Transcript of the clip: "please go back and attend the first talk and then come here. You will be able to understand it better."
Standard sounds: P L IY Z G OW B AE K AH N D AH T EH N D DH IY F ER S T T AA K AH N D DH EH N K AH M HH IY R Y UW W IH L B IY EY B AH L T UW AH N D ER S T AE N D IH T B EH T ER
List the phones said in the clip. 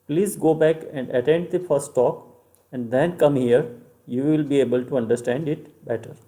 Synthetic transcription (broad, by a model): P L IY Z G OW B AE K AH N D AH T EH N D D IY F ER S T T AA K AH N D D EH N K AH M HH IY R Y UW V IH L B IY EY B AH L T UW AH N D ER S T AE N D IH T B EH T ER